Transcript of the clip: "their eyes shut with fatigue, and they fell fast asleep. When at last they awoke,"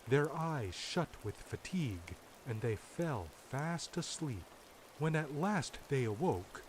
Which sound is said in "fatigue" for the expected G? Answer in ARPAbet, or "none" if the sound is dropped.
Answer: G